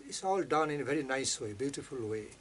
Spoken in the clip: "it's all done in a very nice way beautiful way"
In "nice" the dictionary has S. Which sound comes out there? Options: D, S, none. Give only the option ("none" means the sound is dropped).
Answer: S